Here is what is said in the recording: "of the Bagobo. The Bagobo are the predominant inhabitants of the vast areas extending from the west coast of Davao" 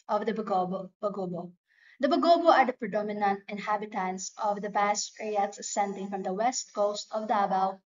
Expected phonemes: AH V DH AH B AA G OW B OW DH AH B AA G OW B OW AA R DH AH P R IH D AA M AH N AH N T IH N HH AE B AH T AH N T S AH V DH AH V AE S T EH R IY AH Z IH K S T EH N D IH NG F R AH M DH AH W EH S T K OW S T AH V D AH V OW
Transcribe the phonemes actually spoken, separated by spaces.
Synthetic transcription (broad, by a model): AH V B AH B AA G OW B OW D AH B AA G OW B OW AA R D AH P R IH D AA M AH N AH N T IH N HH AE B AH T AH N T S AH V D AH B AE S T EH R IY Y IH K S S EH N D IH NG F R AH M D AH W EH S T K OW S T AH V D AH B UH